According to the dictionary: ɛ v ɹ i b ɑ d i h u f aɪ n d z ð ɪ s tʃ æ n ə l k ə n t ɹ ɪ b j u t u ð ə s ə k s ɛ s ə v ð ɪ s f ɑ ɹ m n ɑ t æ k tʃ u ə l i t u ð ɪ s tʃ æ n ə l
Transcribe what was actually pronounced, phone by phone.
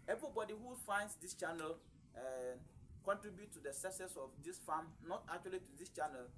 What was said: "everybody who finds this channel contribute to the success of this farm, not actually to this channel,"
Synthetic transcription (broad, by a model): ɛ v ɹ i b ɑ d i h u f aɪ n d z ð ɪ s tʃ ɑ n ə l k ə n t ɹ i b j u t u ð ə s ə s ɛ s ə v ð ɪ s f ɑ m n ɑ t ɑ k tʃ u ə l i t u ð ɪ s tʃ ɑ n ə l